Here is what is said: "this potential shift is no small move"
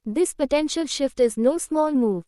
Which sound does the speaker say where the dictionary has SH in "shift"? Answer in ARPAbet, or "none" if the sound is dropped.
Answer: SH